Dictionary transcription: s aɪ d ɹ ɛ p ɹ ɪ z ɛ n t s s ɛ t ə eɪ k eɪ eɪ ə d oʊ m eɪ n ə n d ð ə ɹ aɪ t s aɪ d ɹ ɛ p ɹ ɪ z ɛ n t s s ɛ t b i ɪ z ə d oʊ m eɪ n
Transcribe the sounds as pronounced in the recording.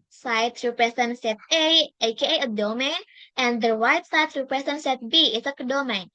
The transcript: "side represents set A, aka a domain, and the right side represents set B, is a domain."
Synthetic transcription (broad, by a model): s aɪ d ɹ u p ɹ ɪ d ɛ n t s s ɛ t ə eɪ k eɪ eɪ ə d oʊ m eɪ n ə n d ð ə w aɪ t s aɪ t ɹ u p ɹ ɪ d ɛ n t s s ɛ t b i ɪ s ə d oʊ m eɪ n